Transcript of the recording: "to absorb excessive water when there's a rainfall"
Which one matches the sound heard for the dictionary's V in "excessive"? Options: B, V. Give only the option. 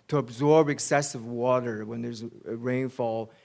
V